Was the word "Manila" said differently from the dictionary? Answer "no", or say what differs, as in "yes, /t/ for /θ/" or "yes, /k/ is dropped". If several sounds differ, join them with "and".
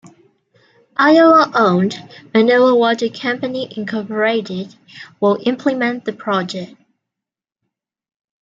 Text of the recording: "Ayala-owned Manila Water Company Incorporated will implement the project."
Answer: yes, /l/ is dropped